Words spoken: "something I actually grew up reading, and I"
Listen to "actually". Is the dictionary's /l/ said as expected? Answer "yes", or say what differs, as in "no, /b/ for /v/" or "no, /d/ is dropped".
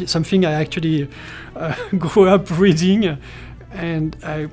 yes